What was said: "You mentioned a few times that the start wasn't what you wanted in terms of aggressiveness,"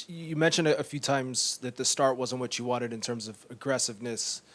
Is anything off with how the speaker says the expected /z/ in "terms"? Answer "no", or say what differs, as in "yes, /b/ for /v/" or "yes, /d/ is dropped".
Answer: no